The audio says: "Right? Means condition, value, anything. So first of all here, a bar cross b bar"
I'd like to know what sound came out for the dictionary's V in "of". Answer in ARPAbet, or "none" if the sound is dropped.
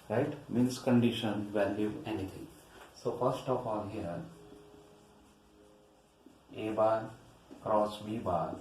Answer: P